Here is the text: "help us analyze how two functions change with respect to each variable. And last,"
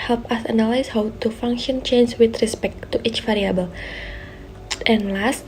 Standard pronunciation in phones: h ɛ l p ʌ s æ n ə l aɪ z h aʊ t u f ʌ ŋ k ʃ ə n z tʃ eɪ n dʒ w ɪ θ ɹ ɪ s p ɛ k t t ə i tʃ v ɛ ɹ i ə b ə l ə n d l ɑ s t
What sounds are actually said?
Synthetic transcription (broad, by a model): h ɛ l p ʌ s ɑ n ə l aɪ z h aʊ t u f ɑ ŋ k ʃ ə n tʃ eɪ n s w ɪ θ ɹ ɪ s p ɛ k t t i tʃ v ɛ ɹ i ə b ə l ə n l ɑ s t